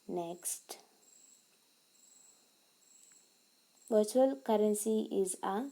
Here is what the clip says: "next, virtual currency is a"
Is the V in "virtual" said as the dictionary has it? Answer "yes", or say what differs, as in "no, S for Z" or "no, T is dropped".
no, B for V